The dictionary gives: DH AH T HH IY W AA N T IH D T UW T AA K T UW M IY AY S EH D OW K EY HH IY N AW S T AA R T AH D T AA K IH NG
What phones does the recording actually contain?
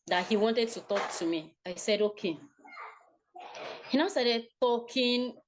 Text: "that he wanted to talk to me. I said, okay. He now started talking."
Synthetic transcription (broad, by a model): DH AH T HH IY W AA N T IH D T UW T AA K T UW M IY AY S EH D OW K EY HH IY N AW S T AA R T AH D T AA K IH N